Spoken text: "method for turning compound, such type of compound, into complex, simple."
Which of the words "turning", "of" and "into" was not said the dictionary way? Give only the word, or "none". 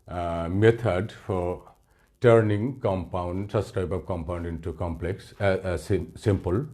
of